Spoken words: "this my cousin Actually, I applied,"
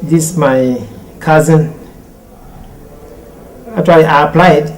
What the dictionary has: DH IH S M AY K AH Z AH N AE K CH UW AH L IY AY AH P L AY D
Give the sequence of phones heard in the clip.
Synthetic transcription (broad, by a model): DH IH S M AY K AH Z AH N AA CH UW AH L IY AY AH P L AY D